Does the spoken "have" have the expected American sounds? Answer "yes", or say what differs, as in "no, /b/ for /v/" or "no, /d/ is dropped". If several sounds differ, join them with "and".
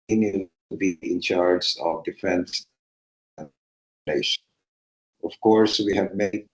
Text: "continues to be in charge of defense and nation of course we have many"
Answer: yes